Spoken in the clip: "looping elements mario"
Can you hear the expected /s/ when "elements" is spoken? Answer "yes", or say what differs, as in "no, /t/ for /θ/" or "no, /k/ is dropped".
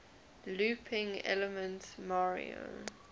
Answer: no, /s/ is dropped